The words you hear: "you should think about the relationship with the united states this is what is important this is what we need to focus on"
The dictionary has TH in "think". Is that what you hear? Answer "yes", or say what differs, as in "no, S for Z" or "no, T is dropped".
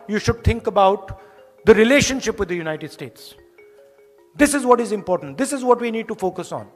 no, T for TH